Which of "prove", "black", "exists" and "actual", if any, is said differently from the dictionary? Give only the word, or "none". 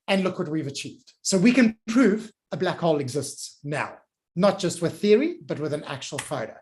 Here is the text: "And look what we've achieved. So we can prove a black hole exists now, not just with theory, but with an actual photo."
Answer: none